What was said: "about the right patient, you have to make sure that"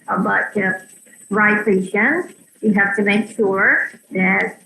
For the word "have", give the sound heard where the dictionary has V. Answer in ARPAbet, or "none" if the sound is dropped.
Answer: F